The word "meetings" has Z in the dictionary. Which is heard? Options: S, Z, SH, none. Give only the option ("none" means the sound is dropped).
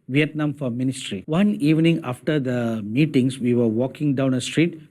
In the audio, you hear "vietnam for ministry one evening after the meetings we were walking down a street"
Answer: S